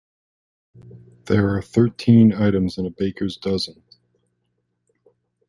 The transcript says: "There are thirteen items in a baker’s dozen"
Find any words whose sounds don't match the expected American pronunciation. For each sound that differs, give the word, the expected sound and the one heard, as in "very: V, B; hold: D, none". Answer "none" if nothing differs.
none